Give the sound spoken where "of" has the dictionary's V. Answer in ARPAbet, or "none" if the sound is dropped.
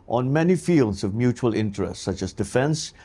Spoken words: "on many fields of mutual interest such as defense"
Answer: V